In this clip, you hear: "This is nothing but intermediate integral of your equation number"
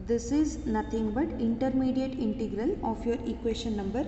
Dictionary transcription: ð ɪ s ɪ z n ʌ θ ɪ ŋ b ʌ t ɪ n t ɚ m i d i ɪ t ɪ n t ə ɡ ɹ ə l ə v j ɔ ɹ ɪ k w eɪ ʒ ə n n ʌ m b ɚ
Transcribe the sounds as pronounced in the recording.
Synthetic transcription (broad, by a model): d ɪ s ɪ z n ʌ t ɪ ŋ b ʌ t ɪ n t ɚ m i d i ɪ t ɪ n t ə ɡ ɹ ə l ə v j ɔ ɹ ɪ k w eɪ ʃ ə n n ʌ m b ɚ